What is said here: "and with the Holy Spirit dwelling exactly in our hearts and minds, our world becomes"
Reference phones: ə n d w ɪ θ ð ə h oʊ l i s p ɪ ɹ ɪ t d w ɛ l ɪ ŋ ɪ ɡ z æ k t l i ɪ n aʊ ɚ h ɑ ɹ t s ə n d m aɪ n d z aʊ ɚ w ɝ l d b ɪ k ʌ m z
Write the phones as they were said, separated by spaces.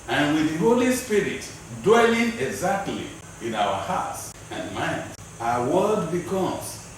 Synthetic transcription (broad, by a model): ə n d w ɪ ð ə h oʊ l i s p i ɹ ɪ t d w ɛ l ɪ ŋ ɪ ɡ z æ k t l i ɪ n aʊ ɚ h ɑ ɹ t s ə n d m aɪ n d aʊ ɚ w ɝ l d b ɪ k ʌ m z